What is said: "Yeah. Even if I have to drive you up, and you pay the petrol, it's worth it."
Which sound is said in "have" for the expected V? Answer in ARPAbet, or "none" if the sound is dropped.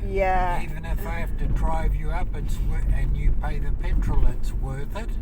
F